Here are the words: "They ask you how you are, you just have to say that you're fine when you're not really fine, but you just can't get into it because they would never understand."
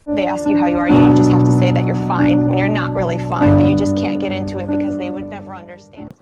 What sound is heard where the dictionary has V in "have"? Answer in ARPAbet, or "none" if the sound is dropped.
F